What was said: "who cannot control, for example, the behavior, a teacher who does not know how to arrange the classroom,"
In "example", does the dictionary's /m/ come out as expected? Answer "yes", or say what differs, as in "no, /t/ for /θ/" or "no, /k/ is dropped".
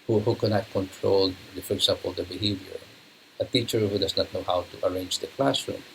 no, /m/ is dropped